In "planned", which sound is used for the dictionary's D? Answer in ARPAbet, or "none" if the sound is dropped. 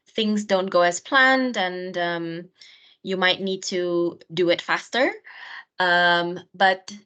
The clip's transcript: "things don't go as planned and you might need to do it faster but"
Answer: D